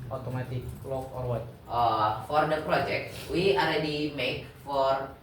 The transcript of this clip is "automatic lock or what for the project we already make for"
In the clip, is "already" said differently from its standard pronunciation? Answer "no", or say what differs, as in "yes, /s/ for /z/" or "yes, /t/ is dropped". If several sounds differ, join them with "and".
yes, /l/ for /ɹ/